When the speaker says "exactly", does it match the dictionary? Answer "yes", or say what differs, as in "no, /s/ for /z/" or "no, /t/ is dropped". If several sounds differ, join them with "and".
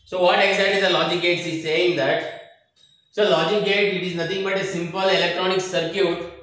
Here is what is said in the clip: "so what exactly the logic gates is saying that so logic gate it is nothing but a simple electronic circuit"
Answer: no, /k/ is dropped and /l/ is dropped